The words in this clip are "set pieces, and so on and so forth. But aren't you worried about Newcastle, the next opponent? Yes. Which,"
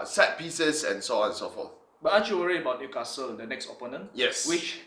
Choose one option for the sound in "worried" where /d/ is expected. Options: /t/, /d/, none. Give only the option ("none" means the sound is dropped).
none